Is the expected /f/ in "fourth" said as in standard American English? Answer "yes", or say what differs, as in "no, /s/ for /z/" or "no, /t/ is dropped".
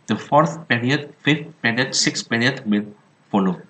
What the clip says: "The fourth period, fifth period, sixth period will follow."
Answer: yes